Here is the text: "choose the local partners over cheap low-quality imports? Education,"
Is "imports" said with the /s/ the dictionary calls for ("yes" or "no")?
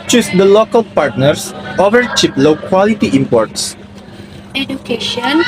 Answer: yes